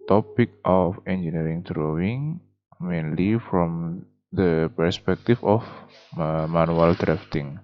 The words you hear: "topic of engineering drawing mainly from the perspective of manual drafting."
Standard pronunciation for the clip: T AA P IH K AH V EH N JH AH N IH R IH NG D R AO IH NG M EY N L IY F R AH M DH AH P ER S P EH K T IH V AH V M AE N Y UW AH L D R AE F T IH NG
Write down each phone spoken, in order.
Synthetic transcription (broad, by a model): T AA P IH K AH F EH N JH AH N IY R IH NG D R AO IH NG M EY N L IY F R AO M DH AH P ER S P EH K T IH F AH F M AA N UW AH L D R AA F T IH NG